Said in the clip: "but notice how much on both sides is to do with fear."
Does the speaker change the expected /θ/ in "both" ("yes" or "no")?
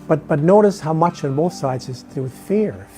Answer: no